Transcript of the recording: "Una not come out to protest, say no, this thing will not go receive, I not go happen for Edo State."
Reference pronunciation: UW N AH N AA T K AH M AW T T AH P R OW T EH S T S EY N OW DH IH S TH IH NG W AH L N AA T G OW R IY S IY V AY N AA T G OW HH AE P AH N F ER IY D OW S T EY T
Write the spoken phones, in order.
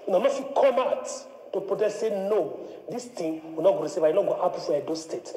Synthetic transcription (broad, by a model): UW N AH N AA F K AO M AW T T AH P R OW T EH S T S EY N OW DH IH S T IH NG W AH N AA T G OW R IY S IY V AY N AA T G OW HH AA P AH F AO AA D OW S T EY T